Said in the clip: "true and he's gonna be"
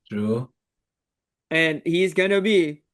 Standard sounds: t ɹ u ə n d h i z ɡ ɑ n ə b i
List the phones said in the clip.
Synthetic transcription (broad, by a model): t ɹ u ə n h i z ɡ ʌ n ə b i